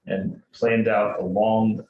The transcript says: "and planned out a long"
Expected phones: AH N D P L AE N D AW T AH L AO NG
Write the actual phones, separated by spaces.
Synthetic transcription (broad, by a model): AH N P L AE N D AW T AH L AO NG